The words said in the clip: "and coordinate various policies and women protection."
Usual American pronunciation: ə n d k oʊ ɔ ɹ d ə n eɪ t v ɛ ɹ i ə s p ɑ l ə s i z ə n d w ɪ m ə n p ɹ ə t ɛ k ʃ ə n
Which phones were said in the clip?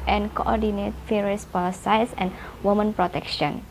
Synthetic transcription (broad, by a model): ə n k oʊ ɔ d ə n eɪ t f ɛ ɹ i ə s p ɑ l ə s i s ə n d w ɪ m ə n p ɹ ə t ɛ k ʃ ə n